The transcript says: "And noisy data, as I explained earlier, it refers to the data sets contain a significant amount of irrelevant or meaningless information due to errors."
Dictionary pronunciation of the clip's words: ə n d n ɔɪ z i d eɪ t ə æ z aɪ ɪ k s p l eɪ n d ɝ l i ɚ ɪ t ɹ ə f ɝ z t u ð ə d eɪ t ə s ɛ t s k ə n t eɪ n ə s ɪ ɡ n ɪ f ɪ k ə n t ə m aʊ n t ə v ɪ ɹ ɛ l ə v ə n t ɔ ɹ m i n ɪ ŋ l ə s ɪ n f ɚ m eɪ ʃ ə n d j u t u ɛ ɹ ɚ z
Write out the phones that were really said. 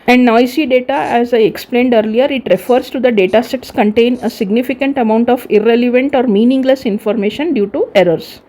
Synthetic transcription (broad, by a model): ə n d n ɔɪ s i d eɪ t ə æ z aɪ ɪ k s p l eɪ n d ɝ l i ɚ ɪ t ɹ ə f ɝ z t u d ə d eɪ t ə s ɛ t s k ə n t eɪ n ə s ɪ ɡ n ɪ f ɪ k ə n t ə m aʊ n t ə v ɪ ɹ ɛ l ə v ə n t ɔ ɹ m i n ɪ ŋ l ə s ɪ n f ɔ m eɪ ʃ ə n d j u t u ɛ ɹ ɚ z